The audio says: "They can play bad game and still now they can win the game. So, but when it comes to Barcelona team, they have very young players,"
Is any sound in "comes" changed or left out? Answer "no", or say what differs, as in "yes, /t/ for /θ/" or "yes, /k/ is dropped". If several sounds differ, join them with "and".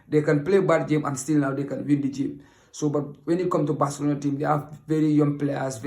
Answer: yes, /z/ is dropped